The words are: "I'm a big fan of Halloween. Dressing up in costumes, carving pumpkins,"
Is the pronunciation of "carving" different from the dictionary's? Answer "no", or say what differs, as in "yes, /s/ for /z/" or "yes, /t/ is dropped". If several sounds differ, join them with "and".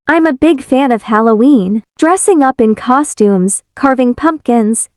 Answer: no